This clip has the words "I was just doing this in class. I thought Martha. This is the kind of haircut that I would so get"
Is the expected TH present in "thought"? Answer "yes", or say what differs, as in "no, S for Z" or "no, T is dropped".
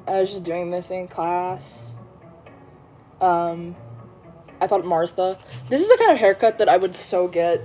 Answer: yes